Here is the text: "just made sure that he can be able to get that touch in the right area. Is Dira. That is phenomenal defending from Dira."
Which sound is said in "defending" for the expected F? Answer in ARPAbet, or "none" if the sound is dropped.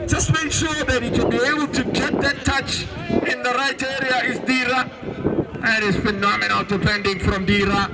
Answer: P